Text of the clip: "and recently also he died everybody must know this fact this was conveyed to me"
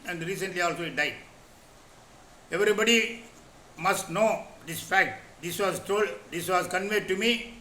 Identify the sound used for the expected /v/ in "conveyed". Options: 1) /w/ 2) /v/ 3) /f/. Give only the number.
2